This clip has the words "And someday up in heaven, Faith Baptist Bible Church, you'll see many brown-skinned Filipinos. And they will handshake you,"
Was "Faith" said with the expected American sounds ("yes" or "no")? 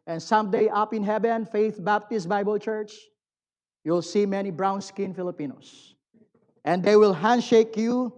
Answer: yes